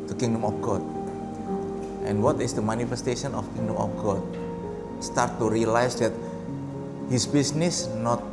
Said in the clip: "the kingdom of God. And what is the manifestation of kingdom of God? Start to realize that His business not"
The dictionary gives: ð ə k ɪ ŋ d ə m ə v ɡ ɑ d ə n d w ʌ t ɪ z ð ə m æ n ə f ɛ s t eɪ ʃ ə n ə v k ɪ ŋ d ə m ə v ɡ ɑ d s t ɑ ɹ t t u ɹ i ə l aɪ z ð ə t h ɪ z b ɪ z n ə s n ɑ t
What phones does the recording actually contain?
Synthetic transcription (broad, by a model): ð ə k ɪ ŋ d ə m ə f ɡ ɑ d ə n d w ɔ t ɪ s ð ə m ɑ n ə f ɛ s t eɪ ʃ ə n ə f k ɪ ŋ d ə m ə f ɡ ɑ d s t ɑ ɹ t t u ɹ i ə l aɪ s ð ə t h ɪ s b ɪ s n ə s n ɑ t